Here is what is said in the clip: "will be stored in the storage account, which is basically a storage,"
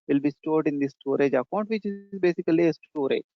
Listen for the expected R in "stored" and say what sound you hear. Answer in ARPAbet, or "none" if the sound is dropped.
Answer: R